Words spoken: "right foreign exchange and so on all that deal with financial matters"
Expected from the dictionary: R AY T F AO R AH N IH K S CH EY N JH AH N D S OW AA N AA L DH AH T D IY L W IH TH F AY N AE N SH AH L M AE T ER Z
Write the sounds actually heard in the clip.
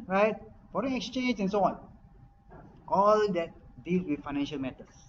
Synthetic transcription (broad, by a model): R AY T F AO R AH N IH K S CH EY N JH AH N S OW AA N AA L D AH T D IY L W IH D F AY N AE N SH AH L M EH T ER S